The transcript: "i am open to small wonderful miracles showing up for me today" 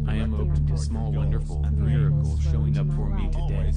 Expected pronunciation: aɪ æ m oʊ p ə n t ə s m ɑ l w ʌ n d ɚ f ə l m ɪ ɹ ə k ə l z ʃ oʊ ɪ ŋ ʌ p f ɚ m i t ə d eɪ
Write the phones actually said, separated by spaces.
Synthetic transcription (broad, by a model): aɪ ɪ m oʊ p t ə s m ɑ l w ʌ n d ɚ f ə n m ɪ ɹ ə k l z ʃ oʊ ɪ ŋ ʌ p f ɚ m i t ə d eɪ